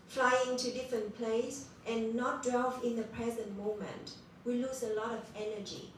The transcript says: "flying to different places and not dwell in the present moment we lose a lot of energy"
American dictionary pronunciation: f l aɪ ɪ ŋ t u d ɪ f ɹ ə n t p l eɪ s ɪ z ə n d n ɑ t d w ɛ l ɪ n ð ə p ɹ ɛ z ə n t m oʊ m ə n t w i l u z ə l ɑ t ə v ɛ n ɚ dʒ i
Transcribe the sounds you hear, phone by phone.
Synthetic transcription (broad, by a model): f l aɪ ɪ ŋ t u d ɪ f ɹ ə n t p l eɪ ɪ s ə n n ɑ t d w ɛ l ɪ n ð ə p ɹ ɛ z ə n t m oʊ m ə n t w i l u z ə l ɑ t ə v ɛ n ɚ dʒ i